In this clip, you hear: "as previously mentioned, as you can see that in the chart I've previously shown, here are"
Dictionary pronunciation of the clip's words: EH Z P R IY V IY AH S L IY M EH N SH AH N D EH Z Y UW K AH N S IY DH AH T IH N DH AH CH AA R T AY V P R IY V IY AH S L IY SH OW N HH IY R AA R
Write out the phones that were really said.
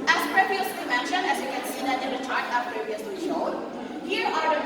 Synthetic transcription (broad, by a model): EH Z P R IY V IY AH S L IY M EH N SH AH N IH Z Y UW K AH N S IY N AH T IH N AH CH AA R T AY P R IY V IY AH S L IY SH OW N HH IY R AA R